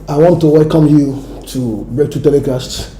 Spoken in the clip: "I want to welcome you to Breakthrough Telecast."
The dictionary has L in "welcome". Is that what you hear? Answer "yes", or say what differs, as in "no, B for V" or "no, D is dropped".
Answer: no, L is dropped